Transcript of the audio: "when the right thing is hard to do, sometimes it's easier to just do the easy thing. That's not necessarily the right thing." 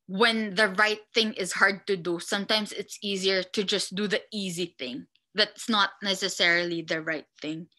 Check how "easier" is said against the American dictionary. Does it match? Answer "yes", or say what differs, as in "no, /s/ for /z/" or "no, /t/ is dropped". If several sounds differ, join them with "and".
yes